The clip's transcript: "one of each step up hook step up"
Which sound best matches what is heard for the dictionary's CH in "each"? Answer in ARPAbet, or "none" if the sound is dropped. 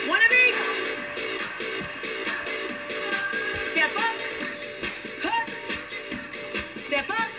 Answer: S